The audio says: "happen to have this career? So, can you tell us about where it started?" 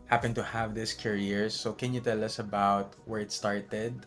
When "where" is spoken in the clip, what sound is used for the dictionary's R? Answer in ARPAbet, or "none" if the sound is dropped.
R